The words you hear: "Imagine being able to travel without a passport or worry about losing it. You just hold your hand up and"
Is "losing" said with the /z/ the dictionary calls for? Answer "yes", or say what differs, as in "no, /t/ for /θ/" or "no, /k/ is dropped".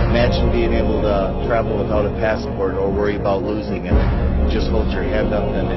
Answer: yes